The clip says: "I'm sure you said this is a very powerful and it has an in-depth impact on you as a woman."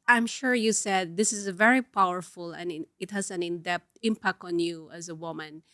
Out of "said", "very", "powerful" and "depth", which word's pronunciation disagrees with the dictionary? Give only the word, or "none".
depth